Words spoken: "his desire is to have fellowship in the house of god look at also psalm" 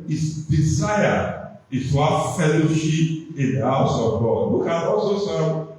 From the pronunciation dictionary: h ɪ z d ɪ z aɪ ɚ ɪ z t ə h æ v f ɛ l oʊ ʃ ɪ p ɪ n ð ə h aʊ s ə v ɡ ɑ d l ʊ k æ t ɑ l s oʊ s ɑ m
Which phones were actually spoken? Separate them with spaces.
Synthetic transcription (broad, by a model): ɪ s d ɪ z aɪ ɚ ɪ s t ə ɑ f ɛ l oʊ ʃ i p ɪ n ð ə h aʊ s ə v ɡ ɑ d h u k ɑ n ɑ l s oʊ s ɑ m